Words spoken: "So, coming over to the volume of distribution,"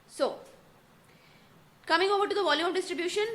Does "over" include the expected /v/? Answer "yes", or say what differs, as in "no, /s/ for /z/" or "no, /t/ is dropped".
no, /b/ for /v/